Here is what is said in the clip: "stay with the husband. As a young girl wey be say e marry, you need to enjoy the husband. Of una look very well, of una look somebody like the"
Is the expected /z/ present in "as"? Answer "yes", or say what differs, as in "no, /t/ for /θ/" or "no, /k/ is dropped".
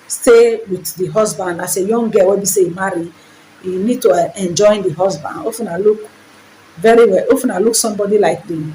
no, /s/ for /z/